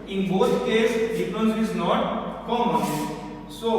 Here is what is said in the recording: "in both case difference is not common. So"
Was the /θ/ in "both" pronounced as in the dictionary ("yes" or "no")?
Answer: no